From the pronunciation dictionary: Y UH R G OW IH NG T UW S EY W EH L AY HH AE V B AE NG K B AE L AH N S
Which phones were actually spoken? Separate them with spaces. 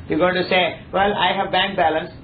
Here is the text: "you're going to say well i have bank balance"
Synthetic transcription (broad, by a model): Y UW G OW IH T UW S EY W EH L AY HH AE V B AE NG K B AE L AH N S